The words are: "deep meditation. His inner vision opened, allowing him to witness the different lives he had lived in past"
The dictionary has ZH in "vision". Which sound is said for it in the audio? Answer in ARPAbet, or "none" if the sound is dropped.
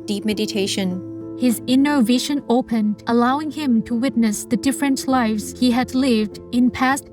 SH